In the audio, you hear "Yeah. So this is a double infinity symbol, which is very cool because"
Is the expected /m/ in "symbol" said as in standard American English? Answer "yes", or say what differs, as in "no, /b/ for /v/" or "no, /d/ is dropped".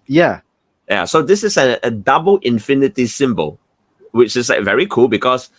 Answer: yes